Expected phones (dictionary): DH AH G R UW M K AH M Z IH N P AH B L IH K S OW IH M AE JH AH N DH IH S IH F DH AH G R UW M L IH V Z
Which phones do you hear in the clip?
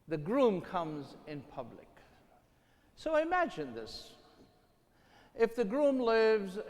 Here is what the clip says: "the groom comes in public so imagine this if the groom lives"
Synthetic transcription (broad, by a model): DH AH G R UW M K AH M Z IH N P AH B L IH K S OW IH M AE JH AH N DH IH S IH F DH AH G R UW M L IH V Z